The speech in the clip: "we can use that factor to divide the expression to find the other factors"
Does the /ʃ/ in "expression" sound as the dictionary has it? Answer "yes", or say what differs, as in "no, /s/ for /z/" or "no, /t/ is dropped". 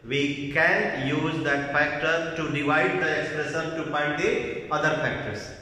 no, /s/ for /ʃ/